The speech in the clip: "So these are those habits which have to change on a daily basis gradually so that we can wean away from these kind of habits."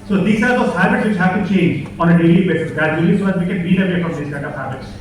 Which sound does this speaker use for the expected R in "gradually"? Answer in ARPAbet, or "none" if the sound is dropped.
none